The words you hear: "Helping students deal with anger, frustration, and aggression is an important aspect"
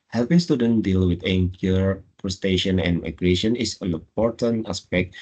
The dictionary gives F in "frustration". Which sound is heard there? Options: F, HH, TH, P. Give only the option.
P